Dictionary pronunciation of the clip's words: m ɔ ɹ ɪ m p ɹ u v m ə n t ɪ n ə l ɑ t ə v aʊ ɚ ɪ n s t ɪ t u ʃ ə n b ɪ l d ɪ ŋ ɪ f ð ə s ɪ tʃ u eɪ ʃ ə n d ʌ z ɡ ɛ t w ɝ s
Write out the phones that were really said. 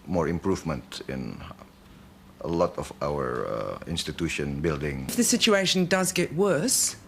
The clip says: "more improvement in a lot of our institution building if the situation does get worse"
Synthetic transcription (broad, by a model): m ɔ ɹ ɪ m p ɹ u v m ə n t ɪ n ə l ɑ t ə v aʊ ɚ ɪ n s t ɪ t u ʃ ə n b ɪ l d ɪ ŋ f ð ə s ɪ tʃ u eɪ ʃ ə n d ʌ z ɡ ɛ t w ɝ s